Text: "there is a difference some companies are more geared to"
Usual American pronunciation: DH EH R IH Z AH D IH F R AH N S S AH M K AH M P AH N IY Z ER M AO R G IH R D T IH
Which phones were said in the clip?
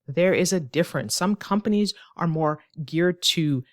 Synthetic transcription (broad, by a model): DH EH R IH Z AH D IH F R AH N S S AH M K AH M P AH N IY Z ER M AO R G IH R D T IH